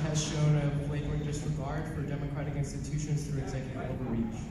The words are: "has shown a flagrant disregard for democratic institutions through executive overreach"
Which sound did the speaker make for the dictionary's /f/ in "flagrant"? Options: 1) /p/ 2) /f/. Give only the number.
1